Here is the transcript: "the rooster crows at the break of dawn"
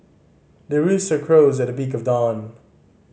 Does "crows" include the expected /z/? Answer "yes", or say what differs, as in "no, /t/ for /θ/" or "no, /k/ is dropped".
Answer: yes